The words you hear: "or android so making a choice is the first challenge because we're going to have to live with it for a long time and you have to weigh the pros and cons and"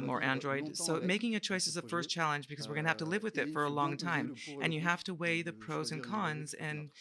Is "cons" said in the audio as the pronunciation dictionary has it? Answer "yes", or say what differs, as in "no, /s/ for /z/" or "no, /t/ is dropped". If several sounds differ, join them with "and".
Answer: yes